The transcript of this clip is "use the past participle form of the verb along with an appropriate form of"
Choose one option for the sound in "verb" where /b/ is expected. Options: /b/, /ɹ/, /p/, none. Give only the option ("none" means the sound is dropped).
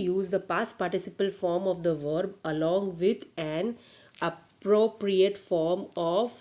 /b/